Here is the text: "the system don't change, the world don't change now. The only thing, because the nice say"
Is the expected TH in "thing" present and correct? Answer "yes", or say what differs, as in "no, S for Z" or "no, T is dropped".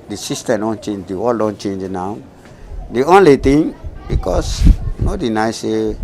no, T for TH